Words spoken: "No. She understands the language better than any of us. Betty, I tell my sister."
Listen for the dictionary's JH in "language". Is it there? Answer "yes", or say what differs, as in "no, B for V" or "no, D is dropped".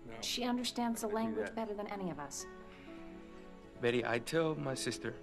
yes